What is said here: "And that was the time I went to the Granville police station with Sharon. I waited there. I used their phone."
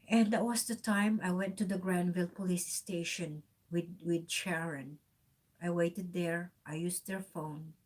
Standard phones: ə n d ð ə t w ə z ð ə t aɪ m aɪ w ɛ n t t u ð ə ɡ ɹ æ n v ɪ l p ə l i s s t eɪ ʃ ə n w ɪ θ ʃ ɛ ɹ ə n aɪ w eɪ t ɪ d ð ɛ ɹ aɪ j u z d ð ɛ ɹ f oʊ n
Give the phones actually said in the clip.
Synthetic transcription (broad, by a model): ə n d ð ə t w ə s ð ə t aɪ m aɪ w ɛ n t t u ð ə ɡ ɹ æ n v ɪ l p ə l i s s t eɪ ʃ ə n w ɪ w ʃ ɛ ɹ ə n aɪ w eɪ t ɪ d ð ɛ ɹ aɪ j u s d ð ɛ ɹ f oʊ n